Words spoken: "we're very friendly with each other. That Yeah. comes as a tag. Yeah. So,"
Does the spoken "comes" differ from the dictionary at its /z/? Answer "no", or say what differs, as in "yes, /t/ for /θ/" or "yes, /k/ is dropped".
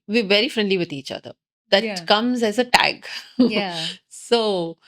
no